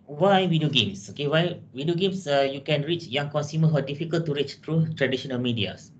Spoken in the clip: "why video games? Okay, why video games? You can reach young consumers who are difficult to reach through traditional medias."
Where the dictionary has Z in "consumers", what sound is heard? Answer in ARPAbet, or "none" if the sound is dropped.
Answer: none